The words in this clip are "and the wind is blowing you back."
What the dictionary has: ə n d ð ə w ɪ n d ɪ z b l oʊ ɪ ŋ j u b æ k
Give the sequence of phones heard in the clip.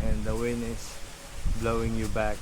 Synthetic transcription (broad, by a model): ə n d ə w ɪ n ɪ s b l oʊ ɪ ŋ j u b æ k